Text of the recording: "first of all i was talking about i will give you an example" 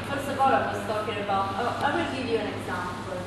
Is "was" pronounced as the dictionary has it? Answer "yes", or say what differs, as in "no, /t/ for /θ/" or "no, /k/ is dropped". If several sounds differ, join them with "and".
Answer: no, /s/ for /z/